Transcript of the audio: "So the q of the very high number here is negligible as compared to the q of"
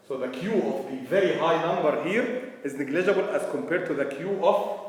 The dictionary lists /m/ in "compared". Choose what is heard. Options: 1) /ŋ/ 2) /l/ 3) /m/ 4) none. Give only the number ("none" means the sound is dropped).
3